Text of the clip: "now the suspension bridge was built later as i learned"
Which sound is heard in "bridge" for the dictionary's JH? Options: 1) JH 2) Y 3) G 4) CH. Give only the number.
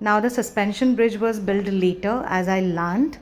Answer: 1